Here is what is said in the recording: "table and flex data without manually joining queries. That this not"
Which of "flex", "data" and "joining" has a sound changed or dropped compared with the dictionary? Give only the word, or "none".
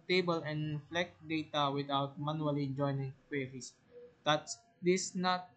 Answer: flex